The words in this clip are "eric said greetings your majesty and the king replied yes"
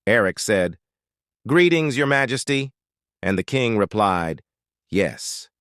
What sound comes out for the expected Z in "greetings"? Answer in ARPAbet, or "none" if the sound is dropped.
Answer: Z